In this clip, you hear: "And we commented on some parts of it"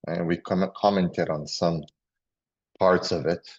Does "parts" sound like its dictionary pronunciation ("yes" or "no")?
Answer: yes